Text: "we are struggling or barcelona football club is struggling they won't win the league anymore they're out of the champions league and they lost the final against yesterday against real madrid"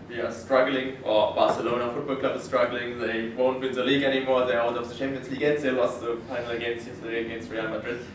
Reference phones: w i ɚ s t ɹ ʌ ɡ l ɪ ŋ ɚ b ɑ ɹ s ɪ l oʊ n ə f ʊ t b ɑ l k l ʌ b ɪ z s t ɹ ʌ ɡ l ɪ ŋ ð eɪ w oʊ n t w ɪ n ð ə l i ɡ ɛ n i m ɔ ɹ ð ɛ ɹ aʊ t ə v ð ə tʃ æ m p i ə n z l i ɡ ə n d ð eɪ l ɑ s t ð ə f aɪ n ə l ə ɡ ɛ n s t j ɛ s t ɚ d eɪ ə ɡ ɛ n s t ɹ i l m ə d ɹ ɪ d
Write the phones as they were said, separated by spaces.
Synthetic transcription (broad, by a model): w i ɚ s t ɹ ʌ ɡ l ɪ ŋ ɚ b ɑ s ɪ l oʊ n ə f ʊ t b ɑ l k l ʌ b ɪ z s t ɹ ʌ ɡ l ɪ ŋ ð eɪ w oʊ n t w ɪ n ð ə l i ɡ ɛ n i m ɔ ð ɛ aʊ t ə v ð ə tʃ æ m p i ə n s l i ɡ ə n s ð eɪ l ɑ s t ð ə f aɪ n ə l ə ɡ ɛ n s t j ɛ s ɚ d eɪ ə ɡ ɛ n s t ɹ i l m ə d ɹ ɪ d